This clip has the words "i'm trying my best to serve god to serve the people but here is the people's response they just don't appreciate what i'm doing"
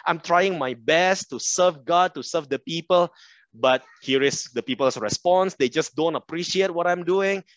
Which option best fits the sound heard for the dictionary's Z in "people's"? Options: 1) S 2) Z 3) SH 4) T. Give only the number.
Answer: 1